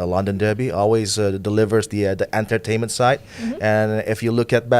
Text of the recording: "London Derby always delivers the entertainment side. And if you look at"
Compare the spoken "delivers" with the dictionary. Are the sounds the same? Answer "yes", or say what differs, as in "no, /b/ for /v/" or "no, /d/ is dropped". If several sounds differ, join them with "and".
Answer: yes